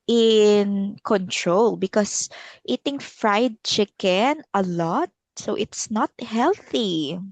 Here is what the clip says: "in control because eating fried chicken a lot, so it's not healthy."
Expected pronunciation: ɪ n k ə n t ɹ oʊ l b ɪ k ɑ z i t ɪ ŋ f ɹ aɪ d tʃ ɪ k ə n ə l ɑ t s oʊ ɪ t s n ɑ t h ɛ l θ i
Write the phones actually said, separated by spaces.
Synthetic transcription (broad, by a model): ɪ n k ə n t ɹ oʊ l b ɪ k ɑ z i t ɪ ŋ f ɹ aɪ d tʃ ɪ k ə n ə l ɑ t s oʊ ɪ t s n ɑ t h ɛ l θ i